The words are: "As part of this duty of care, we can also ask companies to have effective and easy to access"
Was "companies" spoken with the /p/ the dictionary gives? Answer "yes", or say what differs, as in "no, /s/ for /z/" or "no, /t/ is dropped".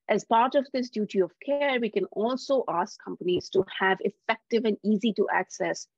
yes